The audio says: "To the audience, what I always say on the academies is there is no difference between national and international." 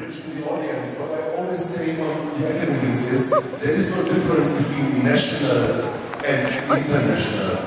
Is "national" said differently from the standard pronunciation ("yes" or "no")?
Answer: no